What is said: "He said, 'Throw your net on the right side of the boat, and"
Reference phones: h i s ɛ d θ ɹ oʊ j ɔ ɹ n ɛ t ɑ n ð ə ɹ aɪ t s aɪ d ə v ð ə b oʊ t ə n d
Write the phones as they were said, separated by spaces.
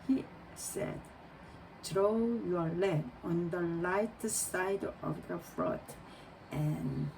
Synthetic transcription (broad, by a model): h i s ɛ d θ ɹ oʊ j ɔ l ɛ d ɑ n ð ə l aɪ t s aɪ d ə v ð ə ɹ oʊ t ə n